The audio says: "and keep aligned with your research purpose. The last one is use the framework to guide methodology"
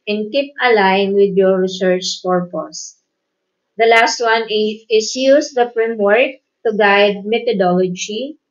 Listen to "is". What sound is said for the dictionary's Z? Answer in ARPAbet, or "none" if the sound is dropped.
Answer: S